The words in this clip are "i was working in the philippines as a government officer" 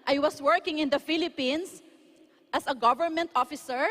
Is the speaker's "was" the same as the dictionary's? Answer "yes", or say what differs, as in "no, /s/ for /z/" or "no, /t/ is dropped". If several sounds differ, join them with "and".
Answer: no, /s/ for /z/